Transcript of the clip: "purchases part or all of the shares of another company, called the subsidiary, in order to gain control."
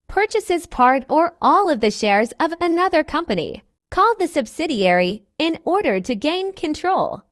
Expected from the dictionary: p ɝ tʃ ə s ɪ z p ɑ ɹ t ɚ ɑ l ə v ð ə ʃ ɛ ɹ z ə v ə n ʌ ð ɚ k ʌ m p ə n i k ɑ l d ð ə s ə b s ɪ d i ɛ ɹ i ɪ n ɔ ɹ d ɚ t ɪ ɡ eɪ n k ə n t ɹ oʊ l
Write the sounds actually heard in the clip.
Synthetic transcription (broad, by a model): p ɝ tʃ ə s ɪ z p ɑ ɹ t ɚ ɑ l ə v ð ə ʃ ɛ ɹ z ə v ə n ʌ ð ɚ k ʌ m p ə n i k ɑ l d ð ə s ə b s ɪ d i ɛ ɹ i ɪ n ɔ ɹ d ɚ t ɪ ɡ eɪ n k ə n t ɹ oʊ l